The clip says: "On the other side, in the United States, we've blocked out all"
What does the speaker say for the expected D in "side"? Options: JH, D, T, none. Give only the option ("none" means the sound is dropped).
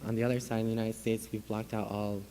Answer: none